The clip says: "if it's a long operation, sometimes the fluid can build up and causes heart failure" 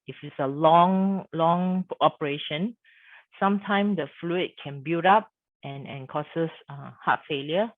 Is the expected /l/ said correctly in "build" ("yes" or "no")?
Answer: no